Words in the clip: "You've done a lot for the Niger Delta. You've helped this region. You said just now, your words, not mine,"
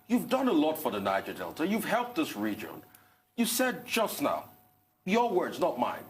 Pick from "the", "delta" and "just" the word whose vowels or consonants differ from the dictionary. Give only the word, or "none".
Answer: none